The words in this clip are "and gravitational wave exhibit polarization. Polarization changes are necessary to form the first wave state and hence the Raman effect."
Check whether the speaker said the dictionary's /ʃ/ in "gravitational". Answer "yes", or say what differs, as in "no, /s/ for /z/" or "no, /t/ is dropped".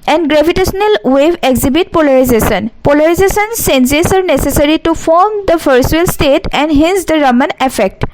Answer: no, /s/ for /ʃ/